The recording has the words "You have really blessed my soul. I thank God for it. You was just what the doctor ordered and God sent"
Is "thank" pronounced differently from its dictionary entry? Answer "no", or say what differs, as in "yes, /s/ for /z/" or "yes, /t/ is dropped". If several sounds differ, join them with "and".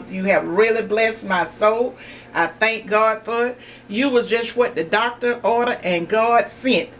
no